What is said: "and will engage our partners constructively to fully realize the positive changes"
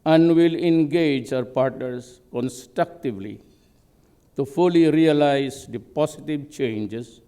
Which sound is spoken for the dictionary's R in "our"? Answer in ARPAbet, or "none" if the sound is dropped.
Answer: R